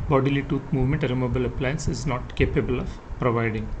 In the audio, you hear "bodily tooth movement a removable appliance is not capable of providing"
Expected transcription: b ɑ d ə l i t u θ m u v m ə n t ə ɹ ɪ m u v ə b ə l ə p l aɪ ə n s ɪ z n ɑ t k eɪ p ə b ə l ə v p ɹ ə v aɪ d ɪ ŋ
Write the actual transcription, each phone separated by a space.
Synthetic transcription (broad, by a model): b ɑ d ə l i t u t m u v m ə n t ə ɹ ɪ m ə b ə l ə p l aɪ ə n s ɪ z n ɑ t k eɪ p ə b ə l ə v p ɹ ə v aɪ d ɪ ŋ